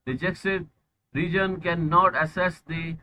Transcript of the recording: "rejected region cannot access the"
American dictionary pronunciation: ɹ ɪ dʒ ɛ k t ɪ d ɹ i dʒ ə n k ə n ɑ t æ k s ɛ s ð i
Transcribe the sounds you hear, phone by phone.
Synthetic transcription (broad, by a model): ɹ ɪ dʒ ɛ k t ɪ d ɹ i dʒ ə n k ə n ɑ t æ s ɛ s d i